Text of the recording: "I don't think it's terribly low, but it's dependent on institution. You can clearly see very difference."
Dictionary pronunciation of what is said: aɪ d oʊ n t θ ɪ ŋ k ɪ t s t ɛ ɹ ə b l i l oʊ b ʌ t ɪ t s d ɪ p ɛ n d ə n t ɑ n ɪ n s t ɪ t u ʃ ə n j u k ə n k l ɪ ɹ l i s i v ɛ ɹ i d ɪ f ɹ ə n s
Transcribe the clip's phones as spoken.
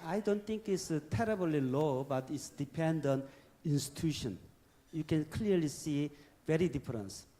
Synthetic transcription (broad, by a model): aɪ d oʊ n t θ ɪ ŋ k ɪ t s t ɛ ɹ ə b l i l oʊ b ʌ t ɪ t s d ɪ p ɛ n d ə n i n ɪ n s t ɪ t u ʃ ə n j u k ə n k l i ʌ l i s i v ɛ ɹ i d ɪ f ɹ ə n s